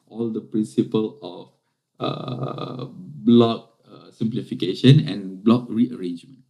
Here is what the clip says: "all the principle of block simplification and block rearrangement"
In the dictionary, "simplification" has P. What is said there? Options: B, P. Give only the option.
P